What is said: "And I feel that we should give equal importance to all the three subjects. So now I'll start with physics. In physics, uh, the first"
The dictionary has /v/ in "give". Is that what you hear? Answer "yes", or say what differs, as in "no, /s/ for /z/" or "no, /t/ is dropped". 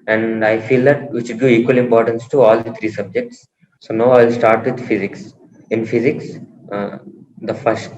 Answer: no, /v/ is dropped